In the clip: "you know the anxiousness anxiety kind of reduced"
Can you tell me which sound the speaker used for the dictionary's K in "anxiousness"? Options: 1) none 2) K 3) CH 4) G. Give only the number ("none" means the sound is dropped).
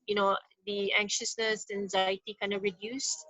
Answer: 2